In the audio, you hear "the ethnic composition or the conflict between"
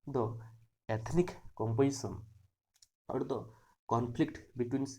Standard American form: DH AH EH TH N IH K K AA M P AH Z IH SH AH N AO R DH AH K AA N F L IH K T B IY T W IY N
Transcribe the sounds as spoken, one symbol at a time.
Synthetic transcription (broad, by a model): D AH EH T N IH K K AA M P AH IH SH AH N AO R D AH K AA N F L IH K T B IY T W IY N